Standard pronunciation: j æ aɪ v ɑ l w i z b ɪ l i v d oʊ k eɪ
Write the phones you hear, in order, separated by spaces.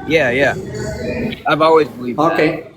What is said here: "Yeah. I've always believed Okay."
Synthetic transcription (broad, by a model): j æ aɪ v ɑ l w i z b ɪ l i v oʊ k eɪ